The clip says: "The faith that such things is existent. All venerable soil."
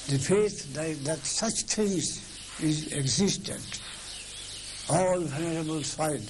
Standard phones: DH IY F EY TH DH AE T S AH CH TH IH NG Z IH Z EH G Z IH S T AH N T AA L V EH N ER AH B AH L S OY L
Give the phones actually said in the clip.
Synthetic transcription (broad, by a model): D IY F EY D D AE T S AH CH T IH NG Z IH Z EH G Z IH S T AH N T AA L V EH N ER AH B AH L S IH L